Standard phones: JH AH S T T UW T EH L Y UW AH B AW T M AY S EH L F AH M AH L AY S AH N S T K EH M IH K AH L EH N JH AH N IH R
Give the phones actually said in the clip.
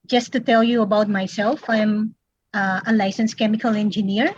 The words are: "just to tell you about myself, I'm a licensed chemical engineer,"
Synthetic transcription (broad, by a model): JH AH S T T UW T EH L Y UW AH B AW T M AY S EH L F AH M AH L AY S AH N S K EH M IH K AH L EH N JH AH N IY R